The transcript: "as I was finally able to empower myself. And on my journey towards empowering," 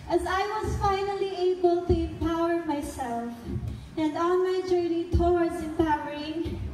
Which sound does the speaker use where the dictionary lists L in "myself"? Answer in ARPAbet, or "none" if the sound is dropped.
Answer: L